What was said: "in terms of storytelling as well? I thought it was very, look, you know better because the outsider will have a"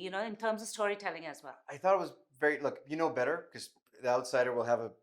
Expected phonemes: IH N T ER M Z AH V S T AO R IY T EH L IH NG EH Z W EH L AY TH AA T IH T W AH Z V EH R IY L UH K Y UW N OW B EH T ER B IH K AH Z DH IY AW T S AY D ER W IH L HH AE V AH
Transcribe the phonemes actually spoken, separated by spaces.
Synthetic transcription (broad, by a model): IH N T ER M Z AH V S T AO R IY T EH L IH NG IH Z W EH L AY TH AA T IH T W AH Z V EH R IY L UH K Y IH N OW B EH T ER K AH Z DH IY AW T S AY D ER W IH L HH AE V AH